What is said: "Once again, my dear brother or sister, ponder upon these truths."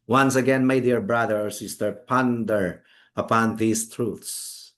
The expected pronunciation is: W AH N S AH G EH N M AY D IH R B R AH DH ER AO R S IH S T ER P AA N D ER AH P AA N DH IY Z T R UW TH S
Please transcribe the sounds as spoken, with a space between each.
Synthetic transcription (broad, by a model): W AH N S AH G EH N M AY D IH R B R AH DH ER AO R S IH S T ER P AA N D ER AH P AA N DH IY S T R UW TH S